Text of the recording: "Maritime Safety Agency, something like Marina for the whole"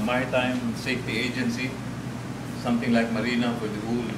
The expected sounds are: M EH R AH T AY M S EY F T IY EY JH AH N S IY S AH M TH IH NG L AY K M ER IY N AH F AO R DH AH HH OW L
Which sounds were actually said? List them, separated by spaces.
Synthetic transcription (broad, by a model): M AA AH T AY M S EY F T IY EY JH AH N S IY S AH M T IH NG L AY K M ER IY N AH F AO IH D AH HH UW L